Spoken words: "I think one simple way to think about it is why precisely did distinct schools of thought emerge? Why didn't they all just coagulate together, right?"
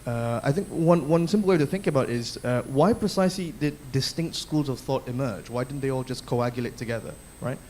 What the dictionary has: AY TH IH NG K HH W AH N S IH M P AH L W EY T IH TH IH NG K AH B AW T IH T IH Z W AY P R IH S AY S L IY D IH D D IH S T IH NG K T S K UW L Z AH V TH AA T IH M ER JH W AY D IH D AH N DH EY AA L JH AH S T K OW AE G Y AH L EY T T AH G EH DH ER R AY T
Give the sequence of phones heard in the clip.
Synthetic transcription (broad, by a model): AY TH IH NG K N W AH N S IH M P L W EY T IH TH IH NG K AH B AW T IH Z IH W AY P R IH S AY S L IY D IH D D IH S T IH NG K T S K UW L Z AH V TH AA T IH M ER JH W AY D IH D N DH EY AA L JH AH S K OW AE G Y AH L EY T T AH G EH DH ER R AY T